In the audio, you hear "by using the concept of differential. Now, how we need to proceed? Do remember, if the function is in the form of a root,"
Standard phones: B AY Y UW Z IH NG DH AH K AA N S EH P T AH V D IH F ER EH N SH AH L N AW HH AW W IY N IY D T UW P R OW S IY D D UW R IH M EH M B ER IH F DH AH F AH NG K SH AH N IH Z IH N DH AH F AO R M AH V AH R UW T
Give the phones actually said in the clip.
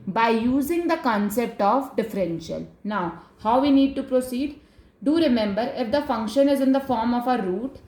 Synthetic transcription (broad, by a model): B AY Y UW Z IH NG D AH K AA N S EH P T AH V D IH F ER EH N SH AH L N AW HH AW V IY N IY D T UW P R OW S IY D D UW R IH M EH M B ER IH F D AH F AH NG K SH AH N IH Z IH N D AH F AO R M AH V AH R UW T